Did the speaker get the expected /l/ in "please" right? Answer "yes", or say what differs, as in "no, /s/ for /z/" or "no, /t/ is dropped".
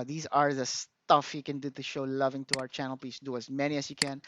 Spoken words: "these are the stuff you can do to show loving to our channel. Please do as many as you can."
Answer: no, /l/ is dropped